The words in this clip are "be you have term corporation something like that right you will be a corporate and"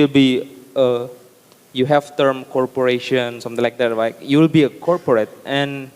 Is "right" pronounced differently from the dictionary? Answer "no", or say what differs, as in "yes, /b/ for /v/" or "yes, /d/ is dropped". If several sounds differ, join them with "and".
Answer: yes, /l/ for /ɹ/